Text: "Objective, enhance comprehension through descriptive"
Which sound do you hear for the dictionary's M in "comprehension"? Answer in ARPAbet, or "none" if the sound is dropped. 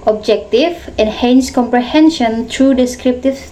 M